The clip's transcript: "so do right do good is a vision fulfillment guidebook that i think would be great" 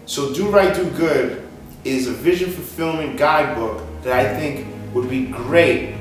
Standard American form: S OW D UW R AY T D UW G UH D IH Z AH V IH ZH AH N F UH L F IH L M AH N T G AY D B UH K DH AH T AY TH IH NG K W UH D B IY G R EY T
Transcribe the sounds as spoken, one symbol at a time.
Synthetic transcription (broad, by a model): S OW D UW R AY T D UW G UH D IH Z AH V IH ZH AH N F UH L F IH L M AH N G AY D B UH K DH AH T AY TH IH NG K W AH D B IY G R EY T